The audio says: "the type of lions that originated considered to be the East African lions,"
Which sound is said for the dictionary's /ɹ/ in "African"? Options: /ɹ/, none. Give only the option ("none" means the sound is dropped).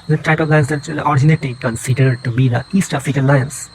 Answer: none